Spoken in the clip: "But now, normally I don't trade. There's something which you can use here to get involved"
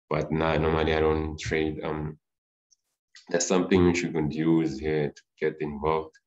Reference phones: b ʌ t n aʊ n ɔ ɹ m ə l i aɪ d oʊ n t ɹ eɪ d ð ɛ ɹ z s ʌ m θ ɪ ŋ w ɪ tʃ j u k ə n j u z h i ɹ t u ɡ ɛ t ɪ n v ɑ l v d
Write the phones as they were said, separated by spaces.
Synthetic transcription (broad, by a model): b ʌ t n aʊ n ɔ m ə n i aɪ d oʊ n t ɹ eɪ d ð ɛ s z s ʌ m θ ɪ ŋ w ɪ tʃ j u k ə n j u z h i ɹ t u ɡ ɛ t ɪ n v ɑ l v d